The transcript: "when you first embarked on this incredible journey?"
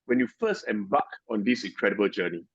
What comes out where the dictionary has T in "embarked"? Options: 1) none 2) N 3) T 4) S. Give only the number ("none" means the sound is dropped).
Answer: 1